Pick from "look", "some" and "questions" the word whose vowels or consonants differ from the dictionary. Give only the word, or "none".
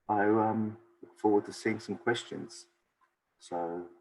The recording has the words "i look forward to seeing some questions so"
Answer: none